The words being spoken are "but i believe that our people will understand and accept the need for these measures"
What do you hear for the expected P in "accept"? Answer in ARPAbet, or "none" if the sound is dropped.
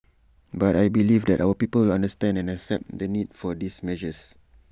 P